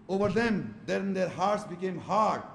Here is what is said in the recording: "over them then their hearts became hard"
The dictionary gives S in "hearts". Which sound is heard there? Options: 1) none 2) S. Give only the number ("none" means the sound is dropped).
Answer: 2